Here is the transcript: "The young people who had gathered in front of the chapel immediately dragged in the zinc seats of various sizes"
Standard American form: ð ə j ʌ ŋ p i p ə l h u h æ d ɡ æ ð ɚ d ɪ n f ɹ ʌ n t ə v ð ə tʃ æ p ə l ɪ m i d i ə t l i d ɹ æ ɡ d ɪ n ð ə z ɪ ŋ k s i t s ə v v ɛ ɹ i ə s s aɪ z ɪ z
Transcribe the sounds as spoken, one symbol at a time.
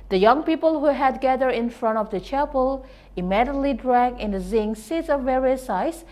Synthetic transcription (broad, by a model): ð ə j ʌ ŋ p i p ə l h u h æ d ɡ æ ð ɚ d ɪ n f ɹ ʌ n t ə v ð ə tʃ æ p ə l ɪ m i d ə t l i d ɹ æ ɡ ɪ n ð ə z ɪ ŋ s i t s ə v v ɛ ɹ i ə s s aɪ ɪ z